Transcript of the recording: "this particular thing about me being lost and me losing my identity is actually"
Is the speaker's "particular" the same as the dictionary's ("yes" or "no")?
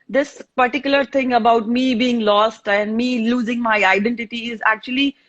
yes